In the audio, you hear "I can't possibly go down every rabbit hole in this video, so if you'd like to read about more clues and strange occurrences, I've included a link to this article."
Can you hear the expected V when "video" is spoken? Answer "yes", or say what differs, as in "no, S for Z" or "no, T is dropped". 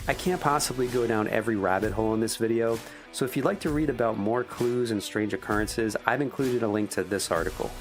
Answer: yes